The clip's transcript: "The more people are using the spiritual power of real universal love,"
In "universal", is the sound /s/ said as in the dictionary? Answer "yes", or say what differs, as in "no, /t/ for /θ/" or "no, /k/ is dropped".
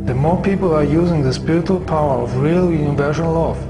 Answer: no, /ʃ/ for /s/